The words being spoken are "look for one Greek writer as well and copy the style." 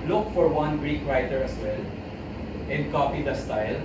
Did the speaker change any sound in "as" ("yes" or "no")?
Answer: yes